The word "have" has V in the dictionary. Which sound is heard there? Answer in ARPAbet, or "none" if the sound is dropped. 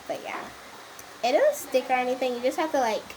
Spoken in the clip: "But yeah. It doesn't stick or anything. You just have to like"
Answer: F